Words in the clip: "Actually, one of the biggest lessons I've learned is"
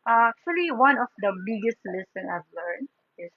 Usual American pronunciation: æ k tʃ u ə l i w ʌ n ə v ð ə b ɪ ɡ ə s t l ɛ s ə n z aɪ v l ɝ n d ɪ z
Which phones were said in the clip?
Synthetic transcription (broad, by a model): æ k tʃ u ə l i w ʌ n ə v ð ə b ɪ ɡ ə s t l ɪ s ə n aɪ v l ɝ n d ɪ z